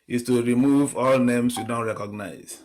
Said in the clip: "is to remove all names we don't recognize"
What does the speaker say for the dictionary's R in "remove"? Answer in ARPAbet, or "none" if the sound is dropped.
R